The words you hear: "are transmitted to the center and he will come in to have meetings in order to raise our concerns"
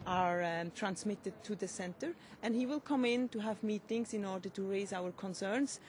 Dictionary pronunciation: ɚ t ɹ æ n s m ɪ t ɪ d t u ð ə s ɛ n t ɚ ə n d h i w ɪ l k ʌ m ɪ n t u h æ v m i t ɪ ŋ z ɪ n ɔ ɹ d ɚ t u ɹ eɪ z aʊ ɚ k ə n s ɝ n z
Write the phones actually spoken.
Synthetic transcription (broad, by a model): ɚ t ɹ æ n s m ɪ t ɪ d t u ð ə s ɛ n t ɚ ə n d h i w ɪ l k ʌ m ɪ n t u h æ v m i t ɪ ŋ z ɪ n ɔ ɹ d ɚ t u ɹ eɪ z aʊ ɚ k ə n s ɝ n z